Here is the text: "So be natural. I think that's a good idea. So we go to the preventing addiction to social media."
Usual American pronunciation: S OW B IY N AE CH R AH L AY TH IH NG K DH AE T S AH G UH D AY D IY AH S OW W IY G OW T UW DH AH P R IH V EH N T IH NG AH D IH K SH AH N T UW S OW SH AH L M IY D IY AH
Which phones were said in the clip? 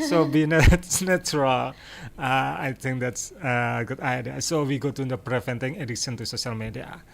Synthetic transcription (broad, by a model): S OW B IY N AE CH R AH L AY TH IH NG K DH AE T S AH G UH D AY D IY AH S OW W IY G OW T UW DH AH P R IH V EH N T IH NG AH D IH SH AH N T UW S OW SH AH L M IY D IY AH